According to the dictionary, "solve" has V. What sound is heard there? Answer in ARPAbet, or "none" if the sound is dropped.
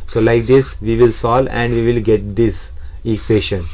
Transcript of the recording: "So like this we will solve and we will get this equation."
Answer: none